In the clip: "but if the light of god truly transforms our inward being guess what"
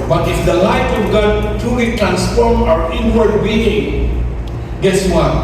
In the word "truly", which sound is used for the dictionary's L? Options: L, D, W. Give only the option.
W